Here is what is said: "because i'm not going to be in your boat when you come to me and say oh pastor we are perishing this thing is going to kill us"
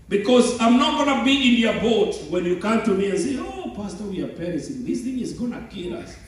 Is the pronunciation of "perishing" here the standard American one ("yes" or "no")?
no